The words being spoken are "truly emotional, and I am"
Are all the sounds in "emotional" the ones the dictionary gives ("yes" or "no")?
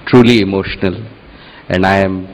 yes